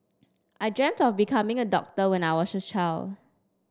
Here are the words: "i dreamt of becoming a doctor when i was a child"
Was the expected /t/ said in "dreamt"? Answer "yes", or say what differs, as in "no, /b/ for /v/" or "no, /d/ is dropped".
yes